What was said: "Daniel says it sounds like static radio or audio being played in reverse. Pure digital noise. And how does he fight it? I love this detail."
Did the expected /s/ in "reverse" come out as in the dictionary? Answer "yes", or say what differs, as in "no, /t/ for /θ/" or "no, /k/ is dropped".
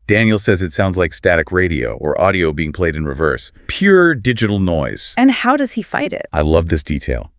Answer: yes